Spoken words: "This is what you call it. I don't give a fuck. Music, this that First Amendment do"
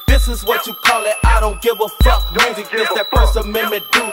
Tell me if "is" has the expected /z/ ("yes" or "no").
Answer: yes